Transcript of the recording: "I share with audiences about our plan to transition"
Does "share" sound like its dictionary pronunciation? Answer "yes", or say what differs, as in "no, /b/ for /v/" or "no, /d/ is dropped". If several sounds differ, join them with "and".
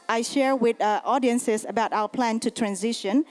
yes